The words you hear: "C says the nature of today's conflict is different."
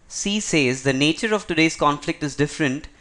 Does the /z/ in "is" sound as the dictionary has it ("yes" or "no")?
yes